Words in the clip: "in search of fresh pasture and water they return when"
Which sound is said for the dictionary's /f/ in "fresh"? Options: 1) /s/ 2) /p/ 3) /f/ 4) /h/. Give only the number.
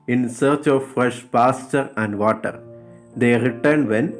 3